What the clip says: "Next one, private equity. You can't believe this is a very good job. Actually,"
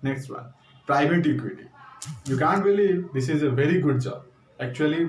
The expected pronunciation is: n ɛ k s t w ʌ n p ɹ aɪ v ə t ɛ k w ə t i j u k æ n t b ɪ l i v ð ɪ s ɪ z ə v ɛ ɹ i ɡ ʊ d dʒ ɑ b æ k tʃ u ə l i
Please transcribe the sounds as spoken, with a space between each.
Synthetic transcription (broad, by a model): n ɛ k s t w ʌ n p ɹ aɪ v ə t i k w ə t i j u k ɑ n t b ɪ l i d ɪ s ɪ z ə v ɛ ɹ i ɡ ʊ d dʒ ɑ æ k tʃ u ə l i